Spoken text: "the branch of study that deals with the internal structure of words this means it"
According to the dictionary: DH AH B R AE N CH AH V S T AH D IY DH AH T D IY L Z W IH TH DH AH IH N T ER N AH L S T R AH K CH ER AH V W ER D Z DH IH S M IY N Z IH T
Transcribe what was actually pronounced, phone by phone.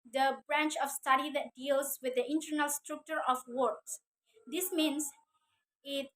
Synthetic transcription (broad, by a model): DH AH B R AE N CH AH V S T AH D IY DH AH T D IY L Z W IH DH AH IH N T ER N AH L S T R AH K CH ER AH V W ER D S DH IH S M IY N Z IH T